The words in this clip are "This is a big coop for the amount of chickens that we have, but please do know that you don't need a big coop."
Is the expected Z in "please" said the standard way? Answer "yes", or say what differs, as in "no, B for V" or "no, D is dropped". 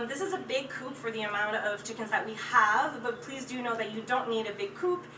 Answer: yes